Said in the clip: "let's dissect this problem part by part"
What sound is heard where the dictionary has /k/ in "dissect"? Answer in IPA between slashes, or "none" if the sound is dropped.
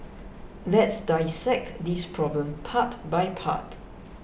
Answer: /k/